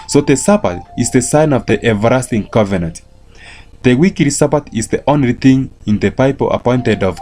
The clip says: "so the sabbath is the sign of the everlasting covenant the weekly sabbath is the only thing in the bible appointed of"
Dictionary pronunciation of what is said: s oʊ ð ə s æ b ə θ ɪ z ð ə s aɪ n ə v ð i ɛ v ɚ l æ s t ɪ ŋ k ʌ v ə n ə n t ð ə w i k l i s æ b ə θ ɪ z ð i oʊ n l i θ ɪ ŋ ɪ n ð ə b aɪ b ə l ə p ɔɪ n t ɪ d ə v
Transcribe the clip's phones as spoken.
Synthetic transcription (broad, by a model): s oʊ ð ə s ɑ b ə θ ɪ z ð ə s aɪ n ə v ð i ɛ v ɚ ɑ s t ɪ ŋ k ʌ v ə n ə n t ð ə w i k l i s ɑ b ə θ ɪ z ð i oʊ n l i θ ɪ ŋ ɪ n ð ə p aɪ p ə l ə p ɔɪ n t ɪ d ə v